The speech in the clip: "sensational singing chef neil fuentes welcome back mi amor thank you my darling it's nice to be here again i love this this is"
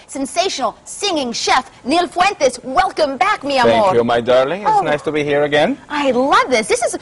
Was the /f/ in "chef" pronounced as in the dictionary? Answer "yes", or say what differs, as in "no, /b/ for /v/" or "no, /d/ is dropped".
yes